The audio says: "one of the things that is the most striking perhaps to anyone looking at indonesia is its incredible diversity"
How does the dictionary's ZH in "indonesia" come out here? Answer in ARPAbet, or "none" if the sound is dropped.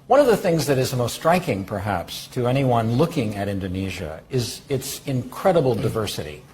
ZH